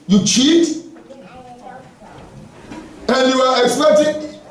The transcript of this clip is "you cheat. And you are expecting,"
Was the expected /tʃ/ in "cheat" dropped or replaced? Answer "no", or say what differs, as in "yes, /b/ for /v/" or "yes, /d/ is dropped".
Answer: no